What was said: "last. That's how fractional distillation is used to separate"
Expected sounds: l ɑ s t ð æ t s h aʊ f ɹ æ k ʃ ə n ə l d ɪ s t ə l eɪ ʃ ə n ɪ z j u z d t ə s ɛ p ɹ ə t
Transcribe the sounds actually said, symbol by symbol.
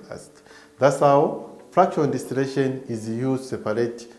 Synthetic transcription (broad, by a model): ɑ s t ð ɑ t s h aʊ f ɹ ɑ k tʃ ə ə n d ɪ s t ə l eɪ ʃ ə n ɪ z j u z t s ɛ p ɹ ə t